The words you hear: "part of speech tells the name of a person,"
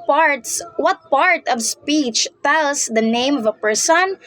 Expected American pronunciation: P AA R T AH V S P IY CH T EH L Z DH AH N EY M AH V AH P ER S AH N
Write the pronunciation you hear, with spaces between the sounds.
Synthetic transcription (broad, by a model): P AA R T AH V S P IY CH T EH L S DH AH N EY M AH V AH P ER S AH N